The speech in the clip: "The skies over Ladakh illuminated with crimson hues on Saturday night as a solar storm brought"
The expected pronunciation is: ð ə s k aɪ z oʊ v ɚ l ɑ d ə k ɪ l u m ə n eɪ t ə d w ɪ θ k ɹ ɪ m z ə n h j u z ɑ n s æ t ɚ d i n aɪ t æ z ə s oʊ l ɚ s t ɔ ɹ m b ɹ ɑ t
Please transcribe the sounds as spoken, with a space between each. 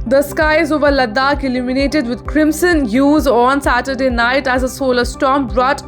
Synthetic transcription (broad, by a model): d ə s k aɪ z oʊ v ɚ l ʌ d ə k ɪ l u m ə n eɪ t ə d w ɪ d k ɹ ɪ m s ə n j u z ɑ n s æ t ɚ d i n aɪ t æ z ə s oʊ l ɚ s t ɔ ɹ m b ɹ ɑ t